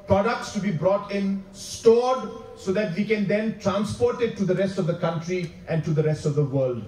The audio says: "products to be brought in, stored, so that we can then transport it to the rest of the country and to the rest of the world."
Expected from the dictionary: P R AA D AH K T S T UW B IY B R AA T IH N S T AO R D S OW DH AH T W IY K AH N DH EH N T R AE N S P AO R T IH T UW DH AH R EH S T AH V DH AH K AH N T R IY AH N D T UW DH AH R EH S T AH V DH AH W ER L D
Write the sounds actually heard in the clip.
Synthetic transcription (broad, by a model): P R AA D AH K T S T UW B IY B R AA T IH N S T AO D S OW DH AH T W IY K AH N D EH N T R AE N S P AO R T IH T UW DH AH R EH S T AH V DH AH K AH N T R IY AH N T UW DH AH R EH S T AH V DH AH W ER L D